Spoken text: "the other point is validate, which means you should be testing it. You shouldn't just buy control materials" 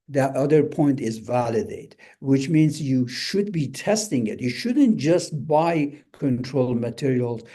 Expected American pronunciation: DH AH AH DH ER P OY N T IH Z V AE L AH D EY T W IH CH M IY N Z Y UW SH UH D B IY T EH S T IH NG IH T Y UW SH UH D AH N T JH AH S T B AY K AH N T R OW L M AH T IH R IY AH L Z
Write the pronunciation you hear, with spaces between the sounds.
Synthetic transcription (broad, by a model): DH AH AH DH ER P OY N T IH Z V AE L AH D EY T W IH CH M IY N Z Y UW SH UH D B IY T EH S T IH NG IH T Y UW SH UH D AH N T JH AH S T B AY K AH N T R OW L M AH T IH R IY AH L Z